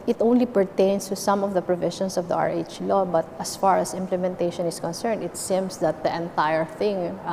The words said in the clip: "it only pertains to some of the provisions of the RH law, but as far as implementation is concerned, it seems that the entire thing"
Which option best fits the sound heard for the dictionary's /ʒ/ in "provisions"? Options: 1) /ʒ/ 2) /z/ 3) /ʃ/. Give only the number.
3